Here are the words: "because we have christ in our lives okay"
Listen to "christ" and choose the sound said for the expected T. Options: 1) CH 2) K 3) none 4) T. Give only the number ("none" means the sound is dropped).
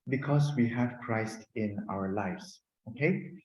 4